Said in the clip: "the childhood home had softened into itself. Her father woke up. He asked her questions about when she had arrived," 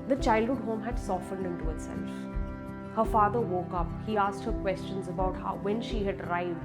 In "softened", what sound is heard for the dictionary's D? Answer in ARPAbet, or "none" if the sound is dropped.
D